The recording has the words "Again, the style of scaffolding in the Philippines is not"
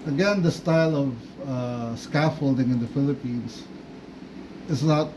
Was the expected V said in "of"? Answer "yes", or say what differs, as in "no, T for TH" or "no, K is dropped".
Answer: yes